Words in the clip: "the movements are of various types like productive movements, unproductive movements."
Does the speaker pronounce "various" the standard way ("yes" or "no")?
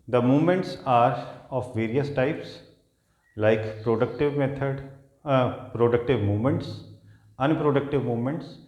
yes